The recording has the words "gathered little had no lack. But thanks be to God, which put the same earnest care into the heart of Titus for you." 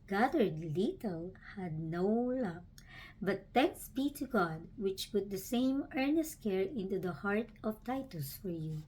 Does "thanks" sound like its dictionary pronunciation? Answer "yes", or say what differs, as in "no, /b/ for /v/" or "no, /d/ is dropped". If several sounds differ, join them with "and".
no, /t/ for /θ/